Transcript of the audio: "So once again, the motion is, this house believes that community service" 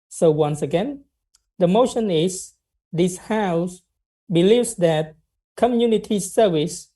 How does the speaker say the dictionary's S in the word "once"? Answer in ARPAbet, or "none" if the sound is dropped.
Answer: S